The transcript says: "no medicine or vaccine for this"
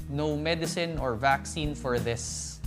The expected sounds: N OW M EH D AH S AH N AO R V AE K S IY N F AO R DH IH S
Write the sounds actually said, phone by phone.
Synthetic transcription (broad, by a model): N OW M EH D AH S AH N AO R V AE K S IY N F AO R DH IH S